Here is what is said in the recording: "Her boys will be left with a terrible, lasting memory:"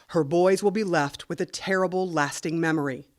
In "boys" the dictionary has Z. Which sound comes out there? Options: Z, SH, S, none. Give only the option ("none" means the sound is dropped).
Z